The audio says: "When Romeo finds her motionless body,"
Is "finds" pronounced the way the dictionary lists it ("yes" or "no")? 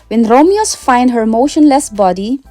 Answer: no